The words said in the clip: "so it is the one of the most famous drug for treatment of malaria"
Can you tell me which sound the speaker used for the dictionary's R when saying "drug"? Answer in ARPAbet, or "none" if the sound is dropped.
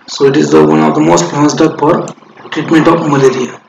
none